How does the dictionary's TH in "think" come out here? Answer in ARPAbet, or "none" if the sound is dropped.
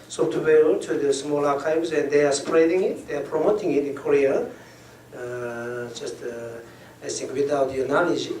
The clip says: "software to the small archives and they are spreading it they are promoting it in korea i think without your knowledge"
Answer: S